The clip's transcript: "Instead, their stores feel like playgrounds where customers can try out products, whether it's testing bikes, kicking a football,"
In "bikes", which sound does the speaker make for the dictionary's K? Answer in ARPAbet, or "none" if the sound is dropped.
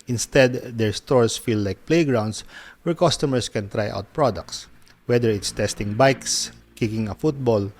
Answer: K